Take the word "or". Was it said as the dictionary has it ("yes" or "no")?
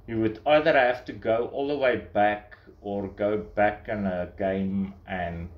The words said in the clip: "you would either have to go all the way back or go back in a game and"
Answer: yes